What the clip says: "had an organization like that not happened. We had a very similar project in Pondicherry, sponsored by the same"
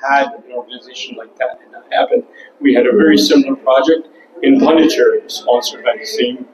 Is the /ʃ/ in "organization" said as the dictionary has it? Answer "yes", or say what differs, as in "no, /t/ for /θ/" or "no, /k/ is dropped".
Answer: yes